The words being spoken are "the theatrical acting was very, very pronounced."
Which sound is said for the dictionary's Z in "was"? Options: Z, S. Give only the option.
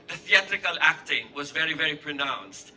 Z